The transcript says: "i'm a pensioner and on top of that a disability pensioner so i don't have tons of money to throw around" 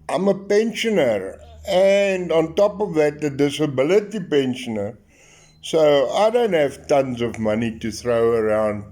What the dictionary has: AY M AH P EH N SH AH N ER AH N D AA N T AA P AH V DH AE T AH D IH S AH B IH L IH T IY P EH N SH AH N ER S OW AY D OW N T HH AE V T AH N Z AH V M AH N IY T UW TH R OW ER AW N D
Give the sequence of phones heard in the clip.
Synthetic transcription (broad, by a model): AY M AH P EH N SH AH N ER AH N D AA N T AA P AH V DH AE T AH D IH S AH B IH L IH T IY P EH N SH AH N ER S OW AY D OW N T HH AE V T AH N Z AH V M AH N IY T UW TH R OW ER AW N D